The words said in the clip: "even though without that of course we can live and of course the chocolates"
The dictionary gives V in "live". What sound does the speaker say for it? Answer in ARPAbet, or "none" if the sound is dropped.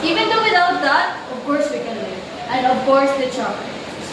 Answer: none